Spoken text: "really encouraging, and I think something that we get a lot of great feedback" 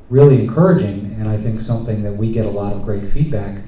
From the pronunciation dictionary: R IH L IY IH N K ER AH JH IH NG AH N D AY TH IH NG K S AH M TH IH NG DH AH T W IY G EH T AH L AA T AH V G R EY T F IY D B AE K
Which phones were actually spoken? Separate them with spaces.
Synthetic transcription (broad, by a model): R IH L IY IH N K ER AH JH IH NG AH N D AY TH IH NG K S AH M TH IH NG DH AH T W IY G EH T AH L AA T AH V G R EY T F IY D B AE K